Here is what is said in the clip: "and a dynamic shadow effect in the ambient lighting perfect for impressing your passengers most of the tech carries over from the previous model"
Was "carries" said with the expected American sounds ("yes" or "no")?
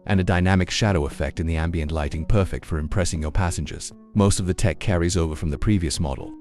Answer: yes